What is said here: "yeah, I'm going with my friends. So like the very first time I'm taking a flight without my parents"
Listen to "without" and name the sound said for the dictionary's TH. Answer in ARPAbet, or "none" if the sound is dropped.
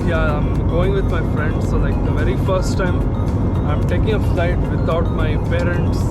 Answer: T